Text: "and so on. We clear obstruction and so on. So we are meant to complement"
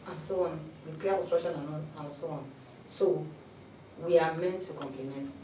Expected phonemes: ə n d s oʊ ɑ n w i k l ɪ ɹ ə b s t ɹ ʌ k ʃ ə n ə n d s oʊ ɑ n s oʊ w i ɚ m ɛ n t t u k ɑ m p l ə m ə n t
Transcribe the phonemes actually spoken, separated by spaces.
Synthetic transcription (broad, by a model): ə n s oʊ ɑ n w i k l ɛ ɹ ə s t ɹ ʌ ʃ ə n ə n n s oʊ ɑ n s oʊ w i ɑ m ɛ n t t u k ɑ m p l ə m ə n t